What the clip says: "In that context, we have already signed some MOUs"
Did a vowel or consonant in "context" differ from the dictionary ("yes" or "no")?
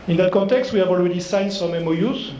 no